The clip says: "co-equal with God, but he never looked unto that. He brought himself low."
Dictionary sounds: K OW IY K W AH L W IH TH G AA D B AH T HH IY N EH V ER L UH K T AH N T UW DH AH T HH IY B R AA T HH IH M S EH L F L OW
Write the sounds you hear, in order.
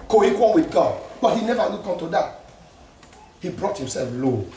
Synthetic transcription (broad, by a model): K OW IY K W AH N W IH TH G AA D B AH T HH IY N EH V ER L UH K AH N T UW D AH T HH IY B R AA T HH IH M S EH L F L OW